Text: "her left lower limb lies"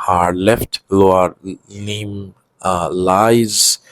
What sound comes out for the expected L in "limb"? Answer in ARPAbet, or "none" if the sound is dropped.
N